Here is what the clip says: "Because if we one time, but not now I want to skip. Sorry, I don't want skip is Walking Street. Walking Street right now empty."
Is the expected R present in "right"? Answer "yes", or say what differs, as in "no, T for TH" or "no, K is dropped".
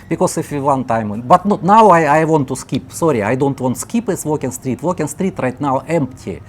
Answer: yes